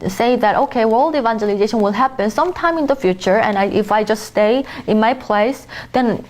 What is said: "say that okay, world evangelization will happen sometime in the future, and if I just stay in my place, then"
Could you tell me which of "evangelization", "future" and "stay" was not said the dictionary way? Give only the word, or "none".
none